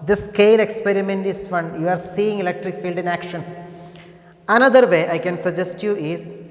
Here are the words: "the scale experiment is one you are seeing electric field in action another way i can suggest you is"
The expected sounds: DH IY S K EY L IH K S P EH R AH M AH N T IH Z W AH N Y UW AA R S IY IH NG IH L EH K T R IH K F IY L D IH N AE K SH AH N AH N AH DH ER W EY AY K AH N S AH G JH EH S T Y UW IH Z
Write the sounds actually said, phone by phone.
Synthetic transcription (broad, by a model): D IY S K EY L IH K S P EH R AH M AH N T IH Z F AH N Y UW AA R S IY IH NG IH L EH K T R IH K F IY L D IH N AE K SH AH N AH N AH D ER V EY AY K AH N S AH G JH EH S T Y UW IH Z